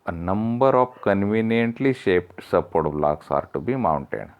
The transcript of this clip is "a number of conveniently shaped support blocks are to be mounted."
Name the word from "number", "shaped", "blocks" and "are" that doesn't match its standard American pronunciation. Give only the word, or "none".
none